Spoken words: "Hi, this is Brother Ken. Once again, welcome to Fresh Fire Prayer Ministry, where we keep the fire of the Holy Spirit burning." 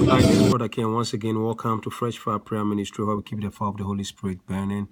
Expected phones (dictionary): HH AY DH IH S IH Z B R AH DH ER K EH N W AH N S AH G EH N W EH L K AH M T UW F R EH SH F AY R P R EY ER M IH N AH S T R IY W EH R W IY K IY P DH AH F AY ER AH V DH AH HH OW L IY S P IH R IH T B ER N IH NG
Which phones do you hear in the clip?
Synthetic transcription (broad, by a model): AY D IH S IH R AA K EH N W AH N S AH G EH N W EH L K AH M T UW F R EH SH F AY P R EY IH M IH N AH S T R IY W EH W IY K IY P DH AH F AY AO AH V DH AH HH OW L IY S P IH R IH T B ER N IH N